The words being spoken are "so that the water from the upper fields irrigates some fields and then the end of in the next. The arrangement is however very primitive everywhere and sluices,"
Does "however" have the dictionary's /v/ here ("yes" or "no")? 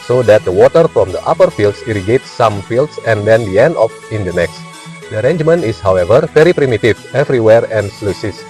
yes